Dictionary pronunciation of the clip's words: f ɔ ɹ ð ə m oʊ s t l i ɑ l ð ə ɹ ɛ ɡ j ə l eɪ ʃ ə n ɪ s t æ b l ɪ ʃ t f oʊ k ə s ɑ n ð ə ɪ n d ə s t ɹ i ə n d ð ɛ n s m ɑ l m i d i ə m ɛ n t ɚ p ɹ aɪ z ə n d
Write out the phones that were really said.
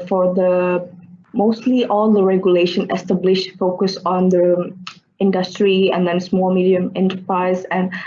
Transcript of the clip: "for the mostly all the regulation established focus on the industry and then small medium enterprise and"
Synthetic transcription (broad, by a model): f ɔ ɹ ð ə m oʊ s t l i ɑ l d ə ɹ ɛ ɡ j ə l eɪ ʃ ə n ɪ s t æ b l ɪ ʃ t f oʊ k ə s ɑ n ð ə ɪ n d ə s t ɹ i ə n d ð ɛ n s m ɑ l m i d i ə m ɛ n t ɚ p ɹ aɪ z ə n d